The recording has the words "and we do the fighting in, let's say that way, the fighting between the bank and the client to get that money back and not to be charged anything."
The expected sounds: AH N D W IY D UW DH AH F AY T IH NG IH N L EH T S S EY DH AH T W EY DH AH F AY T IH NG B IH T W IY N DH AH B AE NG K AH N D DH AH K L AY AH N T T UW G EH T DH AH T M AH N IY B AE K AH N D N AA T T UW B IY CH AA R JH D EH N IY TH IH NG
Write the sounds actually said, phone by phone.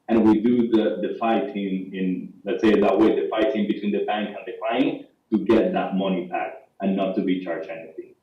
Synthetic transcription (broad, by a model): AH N W IY D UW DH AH F AY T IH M IH N L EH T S S EY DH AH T W EY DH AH F AY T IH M B IH T W IY N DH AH B AE NG K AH N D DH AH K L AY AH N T T UW G EH T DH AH T M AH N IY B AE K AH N N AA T T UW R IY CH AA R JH EH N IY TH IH NG